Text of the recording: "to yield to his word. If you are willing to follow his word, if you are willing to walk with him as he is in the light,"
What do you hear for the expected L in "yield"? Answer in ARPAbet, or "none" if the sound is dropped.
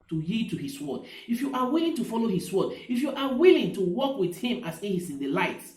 none